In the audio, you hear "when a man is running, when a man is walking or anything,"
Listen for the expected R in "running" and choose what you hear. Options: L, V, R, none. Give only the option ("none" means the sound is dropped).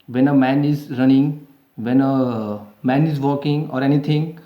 R